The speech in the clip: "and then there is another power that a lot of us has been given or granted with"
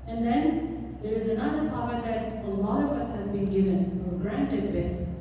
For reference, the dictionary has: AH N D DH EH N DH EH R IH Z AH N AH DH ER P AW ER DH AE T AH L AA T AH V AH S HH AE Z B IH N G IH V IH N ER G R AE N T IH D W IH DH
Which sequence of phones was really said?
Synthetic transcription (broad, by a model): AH N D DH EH N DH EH R IH Z AH N AH DH ER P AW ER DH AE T AH L AA T AH V AH S HH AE Z B IH N G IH V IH N ER G R AE N T IH D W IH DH